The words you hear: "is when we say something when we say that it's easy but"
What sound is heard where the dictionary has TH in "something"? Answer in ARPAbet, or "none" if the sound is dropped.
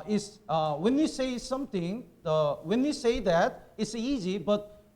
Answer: T